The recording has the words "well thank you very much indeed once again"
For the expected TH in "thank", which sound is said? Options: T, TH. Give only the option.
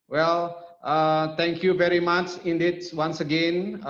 T